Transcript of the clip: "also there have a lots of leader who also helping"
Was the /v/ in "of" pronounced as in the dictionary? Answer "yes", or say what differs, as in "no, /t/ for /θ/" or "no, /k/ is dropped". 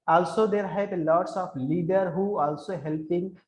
no, /p/ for /v/